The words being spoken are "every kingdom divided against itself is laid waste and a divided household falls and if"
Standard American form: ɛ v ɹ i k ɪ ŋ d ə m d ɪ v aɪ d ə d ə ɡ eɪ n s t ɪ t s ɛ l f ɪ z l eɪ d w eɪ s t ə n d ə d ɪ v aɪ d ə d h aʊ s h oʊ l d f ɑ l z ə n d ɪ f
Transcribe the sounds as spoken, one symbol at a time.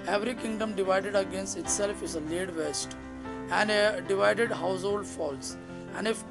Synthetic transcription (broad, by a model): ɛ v ɹ i k ɪ ŋ d ə m d ɪ v aɪ d ə d ə ɡ eɪ n s t ɪ t s ɛ l f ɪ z l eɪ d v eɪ s t ə n d ə d ɪ v aɪ d ə d h aʊ s h oʊ l d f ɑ l s ə n d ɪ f